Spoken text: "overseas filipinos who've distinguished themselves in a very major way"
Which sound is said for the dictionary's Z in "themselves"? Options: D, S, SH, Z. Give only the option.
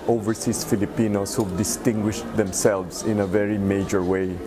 S